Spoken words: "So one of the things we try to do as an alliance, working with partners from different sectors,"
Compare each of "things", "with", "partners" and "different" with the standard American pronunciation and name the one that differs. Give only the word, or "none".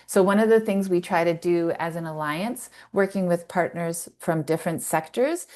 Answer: none